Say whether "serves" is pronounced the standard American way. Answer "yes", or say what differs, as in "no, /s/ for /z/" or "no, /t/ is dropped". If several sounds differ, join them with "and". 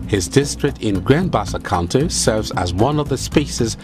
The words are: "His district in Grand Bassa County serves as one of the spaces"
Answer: yes